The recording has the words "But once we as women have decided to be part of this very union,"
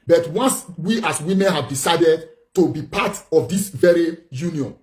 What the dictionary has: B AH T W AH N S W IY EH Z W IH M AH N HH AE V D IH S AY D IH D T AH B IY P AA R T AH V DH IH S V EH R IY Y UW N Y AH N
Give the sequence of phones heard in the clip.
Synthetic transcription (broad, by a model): B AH T W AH N S W IY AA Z W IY M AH N HH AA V D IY S AY D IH D T AH B IY P AA T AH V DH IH S V EH R IY Y UW N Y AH N